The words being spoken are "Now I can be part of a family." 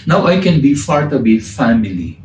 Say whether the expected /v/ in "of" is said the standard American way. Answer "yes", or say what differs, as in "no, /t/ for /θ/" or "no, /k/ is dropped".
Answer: no, /b/ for /v/